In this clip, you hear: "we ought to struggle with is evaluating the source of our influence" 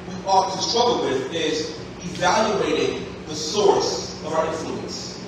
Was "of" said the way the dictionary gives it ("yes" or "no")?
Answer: yes